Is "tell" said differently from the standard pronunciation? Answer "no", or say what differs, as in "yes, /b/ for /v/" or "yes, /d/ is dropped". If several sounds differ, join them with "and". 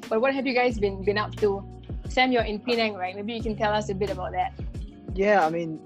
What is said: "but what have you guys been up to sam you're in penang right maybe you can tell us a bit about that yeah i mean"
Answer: no